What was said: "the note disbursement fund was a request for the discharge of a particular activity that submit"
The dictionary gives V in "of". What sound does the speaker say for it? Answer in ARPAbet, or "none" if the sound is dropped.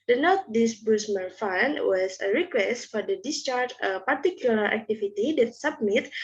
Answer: P